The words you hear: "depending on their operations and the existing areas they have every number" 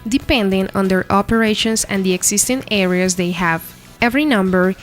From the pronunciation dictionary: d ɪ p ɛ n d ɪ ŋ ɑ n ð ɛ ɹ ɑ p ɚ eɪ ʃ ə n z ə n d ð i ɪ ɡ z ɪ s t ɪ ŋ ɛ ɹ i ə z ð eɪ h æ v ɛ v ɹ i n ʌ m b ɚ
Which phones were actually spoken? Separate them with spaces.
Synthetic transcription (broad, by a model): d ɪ p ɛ n d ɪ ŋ ɑ n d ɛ ɹ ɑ p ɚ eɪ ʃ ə n s ə n d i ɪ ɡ s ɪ s t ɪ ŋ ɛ ɹ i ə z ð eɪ h æ v ɛ v ɹ i n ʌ m b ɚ